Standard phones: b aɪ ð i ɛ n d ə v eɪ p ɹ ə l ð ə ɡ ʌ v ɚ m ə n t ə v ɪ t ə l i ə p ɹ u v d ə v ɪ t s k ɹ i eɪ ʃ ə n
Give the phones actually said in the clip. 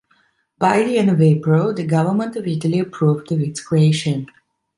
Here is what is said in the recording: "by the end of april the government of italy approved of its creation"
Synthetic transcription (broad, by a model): b aɪ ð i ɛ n ə v eɪ p ɹ ə l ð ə ɡ ʌ v ɚ m ə n t ə v ɪ t ə l i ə p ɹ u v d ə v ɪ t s k ɹ i eɪ ʃ ə n